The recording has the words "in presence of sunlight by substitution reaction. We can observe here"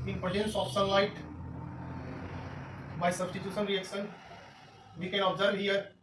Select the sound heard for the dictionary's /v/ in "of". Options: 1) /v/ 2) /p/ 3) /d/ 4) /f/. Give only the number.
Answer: 2